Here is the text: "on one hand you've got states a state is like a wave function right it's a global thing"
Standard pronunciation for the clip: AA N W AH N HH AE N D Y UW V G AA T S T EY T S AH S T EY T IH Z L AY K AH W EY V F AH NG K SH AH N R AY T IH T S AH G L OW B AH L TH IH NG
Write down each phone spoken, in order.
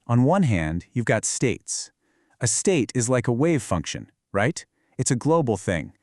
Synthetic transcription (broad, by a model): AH N W AH N HH AE N D Y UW V G AA T S T EY T S AH S T EY T IH Z L AY K AH W EY V F AH NG K SH AH N R AY T IH T S AH G L OW B L TH IH NG